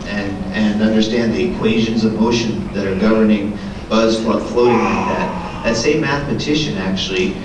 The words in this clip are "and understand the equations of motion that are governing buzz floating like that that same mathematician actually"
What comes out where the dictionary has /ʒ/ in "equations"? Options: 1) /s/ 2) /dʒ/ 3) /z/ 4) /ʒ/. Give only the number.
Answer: 4